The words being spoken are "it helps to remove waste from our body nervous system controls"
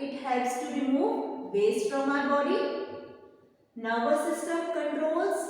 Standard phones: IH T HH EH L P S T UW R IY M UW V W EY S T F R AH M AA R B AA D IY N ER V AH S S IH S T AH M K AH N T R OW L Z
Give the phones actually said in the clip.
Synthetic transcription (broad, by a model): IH T HH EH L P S T UW R IY M UW V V EY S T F R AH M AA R B AA D IY N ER B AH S S IH S T AH M K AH N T R OW L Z